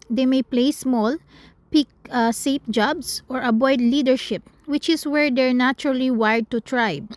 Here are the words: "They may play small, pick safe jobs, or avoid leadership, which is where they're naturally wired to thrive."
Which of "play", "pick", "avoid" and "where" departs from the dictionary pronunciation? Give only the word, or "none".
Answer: avoid